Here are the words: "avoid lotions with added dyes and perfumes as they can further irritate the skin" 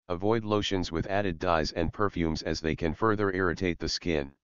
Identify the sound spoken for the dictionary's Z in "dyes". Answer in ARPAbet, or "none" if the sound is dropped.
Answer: Z